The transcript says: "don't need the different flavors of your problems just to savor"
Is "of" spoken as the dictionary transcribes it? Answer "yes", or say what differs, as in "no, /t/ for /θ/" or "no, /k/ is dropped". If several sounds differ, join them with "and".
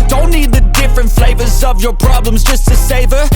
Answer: yes